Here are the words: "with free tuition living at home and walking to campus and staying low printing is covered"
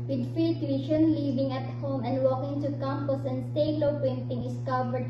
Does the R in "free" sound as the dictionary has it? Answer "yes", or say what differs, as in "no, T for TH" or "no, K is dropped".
no, R is dropped